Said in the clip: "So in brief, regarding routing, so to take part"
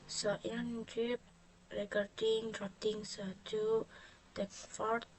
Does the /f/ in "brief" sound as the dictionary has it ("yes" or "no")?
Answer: no